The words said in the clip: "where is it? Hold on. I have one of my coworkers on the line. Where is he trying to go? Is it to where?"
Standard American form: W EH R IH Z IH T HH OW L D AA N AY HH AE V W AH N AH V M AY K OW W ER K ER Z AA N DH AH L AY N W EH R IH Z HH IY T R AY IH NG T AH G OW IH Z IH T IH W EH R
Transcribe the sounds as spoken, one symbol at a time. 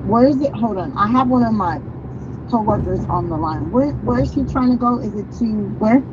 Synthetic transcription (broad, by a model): W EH R IH Z IH T HH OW D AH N AY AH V W AH N AH V M AY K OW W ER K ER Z N DH AH L AY N W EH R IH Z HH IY T R AY IH NG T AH G OW IH Z IH T IH W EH R